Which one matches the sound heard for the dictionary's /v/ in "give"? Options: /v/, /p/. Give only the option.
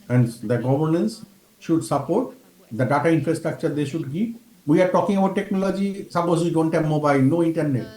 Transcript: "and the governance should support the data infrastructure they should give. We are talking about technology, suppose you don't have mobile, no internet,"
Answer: /p/